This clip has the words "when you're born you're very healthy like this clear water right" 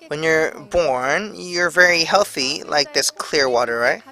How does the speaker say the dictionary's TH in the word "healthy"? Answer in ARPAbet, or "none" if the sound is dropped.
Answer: TH